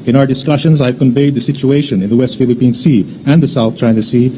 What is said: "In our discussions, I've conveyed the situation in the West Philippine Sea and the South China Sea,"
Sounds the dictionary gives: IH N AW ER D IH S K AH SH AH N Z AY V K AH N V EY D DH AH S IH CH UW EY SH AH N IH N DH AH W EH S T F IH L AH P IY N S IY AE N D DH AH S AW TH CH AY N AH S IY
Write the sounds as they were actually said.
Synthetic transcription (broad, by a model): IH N AW ER D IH S K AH SH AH N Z AY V K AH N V EY D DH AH S IH CH UW EY SH AH N IH N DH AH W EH S T F IH L AH P IY N S IY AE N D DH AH S AW T CH AY N AH S IY